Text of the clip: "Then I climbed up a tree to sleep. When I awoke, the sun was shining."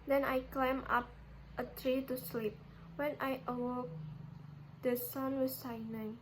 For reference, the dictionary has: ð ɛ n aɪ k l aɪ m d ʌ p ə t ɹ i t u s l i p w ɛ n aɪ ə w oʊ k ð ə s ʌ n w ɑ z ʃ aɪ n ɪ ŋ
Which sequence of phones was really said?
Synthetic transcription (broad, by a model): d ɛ n aɪ k l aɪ m ɑ p ə t ɹ i t u s l i p w ɛ n aɪ ə w oʊ k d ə s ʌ n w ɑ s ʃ aɪ n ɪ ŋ